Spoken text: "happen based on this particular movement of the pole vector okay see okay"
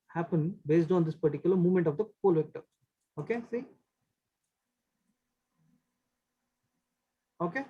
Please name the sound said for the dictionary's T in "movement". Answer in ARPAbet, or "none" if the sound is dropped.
T